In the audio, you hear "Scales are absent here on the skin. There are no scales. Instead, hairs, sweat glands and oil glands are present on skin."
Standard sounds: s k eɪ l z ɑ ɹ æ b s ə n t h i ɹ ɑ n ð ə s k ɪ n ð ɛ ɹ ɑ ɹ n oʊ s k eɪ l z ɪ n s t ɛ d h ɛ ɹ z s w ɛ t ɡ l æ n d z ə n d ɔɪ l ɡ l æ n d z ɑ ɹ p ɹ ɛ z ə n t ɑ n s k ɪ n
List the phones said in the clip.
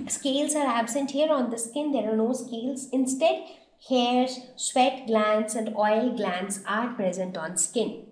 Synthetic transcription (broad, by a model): s k eɪ l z ɑ ɹ æ b s ə n t h i ɹ ɑ n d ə s k ɪ n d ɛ ɹ ɑ ɹ n oʊ s k eɪ l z ɪ n s t ɛ d h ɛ ɹ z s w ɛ t ɡ l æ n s ə n d ɔɪ l ɡ l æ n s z ɑ ɹ p ɹ ɛ z ə n t ɑ n s k ɪ n